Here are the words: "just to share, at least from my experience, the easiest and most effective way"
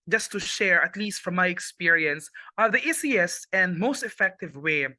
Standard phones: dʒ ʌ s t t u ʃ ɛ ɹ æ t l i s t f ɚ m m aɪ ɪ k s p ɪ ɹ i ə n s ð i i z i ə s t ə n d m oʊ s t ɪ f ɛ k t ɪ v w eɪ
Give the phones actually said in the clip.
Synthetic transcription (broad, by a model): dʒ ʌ s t t u ʃ ɛ ɹ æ t l i s t f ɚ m m aɪ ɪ k s p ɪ ɹ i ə n s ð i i s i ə s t ə n d m oʊ s t ɪ f ɛ k t ɪ v w eɪ